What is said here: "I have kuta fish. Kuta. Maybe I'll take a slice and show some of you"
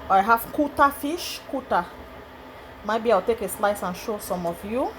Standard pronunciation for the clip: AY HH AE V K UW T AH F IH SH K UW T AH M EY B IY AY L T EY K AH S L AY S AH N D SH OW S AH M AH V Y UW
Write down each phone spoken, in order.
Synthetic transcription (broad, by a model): AY HH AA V K UW T AH F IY SH K UW T AH M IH B IY AY W T EY K AH S L AY S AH N SH OW S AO M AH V Y UW